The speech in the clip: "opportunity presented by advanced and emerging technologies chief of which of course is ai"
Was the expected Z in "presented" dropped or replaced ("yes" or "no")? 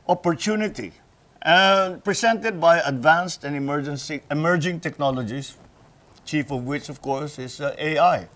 yes